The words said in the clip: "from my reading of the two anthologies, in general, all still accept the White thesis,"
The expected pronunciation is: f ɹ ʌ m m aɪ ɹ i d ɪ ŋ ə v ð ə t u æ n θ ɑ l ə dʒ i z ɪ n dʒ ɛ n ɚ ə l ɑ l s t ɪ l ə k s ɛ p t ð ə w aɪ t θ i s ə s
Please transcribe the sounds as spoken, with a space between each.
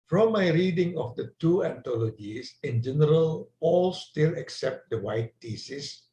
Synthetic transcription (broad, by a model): f ɹ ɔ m m aɪ ɹ i d ɪ ŋ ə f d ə t u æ n t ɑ l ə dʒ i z ɪ n dʒ ɛ n ɚ ə l ɑ l s t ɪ l ə k s ɛ p t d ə w aɪ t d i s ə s